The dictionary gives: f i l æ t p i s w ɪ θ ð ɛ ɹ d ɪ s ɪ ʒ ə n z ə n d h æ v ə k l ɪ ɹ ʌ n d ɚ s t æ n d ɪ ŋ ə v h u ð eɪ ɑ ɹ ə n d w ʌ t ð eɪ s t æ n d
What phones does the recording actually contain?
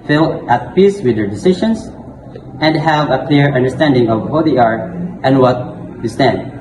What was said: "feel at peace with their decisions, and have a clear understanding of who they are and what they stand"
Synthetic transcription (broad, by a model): f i l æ t p i s w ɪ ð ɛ ɹ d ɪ s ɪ ʃ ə n s ə n d h æ v ə k l ɪ ɹ ʌ n d ɚ s t æ n d ɪ ŋ ə v h u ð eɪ ɑ ɹ ə n d w ʌ t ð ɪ s t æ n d